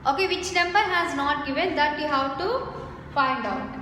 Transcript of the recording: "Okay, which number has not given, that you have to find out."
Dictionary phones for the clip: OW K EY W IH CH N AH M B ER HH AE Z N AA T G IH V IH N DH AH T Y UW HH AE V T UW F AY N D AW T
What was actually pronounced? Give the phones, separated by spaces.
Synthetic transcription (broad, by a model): OW K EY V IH CH N AH M B ER HH AE Z N AA T G IH V IH N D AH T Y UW HH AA W T UW F AY N D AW T